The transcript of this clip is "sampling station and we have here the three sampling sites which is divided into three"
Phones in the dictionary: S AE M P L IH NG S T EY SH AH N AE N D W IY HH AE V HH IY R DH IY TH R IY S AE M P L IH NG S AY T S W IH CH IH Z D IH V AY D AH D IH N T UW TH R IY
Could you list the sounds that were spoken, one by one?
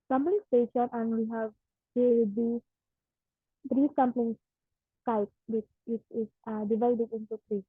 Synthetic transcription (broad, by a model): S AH M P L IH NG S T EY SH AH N AE N D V IY HH AE V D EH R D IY T R IY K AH M P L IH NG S AY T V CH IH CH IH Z D IH V AY D AH D IH N T UW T R IY